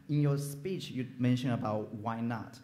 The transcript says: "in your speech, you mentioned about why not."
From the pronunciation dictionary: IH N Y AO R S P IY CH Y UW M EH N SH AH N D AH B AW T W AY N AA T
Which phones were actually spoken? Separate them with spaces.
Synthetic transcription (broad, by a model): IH N Y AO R S P IY CH Y UW M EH N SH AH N AH B AW T W AY N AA T